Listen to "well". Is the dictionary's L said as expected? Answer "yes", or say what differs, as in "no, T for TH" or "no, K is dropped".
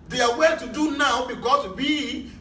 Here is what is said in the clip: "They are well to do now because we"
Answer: no, N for L